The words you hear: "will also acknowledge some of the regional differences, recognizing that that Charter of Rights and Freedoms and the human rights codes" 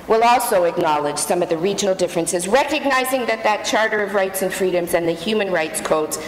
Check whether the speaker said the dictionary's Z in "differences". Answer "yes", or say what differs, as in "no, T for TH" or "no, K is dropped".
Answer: yes